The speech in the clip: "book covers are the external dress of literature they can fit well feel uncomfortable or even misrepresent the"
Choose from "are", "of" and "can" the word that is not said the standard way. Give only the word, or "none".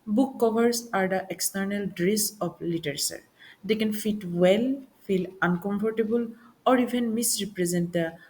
of